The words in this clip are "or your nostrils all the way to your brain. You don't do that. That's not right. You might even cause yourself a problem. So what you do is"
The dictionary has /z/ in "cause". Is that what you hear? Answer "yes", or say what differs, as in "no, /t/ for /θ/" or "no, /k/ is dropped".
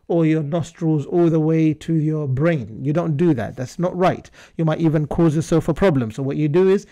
yes